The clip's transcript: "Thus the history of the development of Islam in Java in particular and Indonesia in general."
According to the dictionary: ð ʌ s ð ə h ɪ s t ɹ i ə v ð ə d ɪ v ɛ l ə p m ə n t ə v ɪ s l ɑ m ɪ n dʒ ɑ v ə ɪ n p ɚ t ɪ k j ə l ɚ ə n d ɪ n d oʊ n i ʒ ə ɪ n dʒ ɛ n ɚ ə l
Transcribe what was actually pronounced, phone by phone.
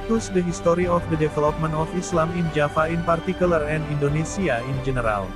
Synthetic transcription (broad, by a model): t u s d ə h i s t ɹ i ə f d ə d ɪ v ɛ l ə p m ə n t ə f ɪ s l ɑ m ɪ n dʒ ɑ f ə ɪ n p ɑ t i k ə l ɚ ə n d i n d oʊ n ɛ s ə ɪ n dʒ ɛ n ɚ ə l